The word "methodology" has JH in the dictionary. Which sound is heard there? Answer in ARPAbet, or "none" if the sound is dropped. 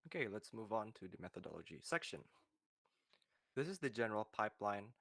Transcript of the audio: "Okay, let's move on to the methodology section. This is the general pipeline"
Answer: JH